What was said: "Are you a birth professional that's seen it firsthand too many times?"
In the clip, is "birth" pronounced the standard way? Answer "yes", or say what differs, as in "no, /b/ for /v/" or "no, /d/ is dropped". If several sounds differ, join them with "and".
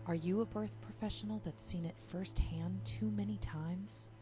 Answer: yes